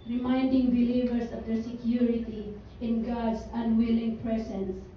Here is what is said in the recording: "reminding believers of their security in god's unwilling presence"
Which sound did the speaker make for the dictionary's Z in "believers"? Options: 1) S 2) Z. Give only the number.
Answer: 1